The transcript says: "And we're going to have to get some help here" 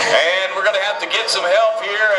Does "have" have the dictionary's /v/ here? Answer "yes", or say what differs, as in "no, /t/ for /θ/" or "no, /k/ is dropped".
no, /f/ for /v/